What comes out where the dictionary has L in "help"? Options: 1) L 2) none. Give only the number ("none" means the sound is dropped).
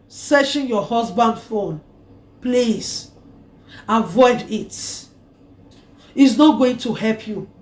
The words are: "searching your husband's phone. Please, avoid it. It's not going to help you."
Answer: 1